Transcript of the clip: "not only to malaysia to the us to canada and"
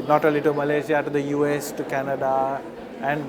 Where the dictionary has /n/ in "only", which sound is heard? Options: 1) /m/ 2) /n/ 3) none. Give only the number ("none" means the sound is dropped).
3